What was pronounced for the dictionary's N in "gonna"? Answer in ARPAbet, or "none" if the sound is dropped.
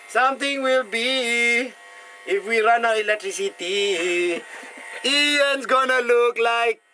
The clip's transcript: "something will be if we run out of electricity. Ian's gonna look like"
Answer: N